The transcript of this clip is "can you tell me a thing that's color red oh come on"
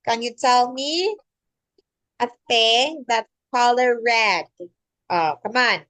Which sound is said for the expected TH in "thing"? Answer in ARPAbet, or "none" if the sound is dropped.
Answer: F